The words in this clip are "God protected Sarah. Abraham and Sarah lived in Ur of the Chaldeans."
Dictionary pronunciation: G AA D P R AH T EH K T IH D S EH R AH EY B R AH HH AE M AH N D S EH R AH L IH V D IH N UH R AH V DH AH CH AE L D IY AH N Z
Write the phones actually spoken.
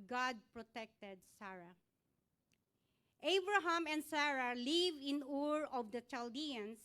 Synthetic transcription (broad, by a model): G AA D P R AH T EH K T IH D S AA R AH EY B R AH HH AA M AH N D S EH R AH L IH V IH N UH R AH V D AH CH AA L D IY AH N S